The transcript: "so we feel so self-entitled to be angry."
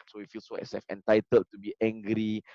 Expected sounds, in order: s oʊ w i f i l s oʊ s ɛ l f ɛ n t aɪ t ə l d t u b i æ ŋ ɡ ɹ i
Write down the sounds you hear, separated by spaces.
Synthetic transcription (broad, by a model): s oʊ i f i l s oʊ s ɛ f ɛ n t aɪ t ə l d t u b i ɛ ŋ ɡ ɹ i